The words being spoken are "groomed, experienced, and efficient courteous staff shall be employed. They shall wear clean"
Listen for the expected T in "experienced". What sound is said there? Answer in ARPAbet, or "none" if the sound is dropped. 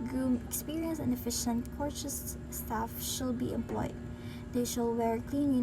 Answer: none